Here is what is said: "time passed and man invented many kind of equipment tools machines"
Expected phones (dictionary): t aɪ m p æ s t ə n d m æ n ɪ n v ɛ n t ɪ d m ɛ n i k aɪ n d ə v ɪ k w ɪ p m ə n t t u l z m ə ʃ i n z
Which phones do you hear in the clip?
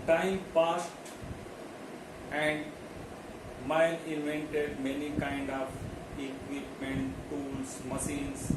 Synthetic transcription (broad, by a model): t aɪ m p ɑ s t ə n d m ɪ l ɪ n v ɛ n t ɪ d m ɛ n i k aɪ n d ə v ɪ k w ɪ p m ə n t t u l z m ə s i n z